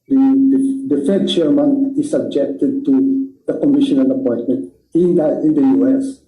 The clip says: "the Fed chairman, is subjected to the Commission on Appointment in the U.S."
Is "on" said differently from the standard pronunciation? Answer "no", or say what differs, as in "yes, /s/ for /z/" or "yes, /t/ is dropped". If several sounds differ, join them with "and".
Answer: yes, /l/ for /n/